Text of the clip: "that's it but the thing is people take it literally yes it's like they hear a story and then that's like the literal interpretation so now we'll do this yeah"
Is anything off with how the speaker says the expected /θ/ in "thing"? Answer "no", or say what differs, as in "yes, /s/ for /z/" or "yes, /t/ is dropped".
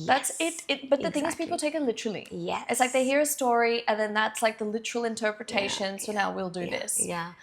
no